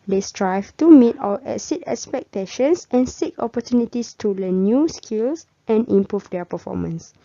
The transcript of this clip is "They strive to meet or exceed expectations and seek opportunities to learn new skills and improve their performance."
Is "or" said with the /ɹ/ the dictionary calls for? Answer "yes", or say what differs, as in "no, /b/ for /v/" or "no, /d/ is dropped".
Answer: no, /l/ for /ɹ/